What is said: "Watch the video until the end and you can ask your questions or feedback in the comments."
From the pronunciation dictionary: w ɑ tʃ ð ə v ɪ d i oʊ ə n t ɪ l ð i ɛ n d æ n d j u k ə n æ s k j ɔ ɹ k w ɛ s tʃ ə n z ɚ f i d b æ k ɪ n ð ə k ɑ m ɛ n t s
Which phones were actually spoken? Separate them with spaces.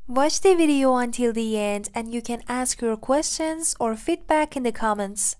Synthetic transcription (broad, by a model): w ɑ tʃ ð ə v ɪ d i oʊ ə n t ɪ l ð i ɛ n d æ n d j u k ə n æ s k j ɔ ɹ k w ɛ s tʃ ə n z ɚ f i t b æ k ɪ n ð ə k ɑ m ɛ n t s